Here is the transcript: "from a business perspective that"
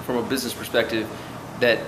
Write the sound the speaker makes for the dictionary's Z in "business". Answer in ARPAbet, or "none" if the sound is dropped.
Z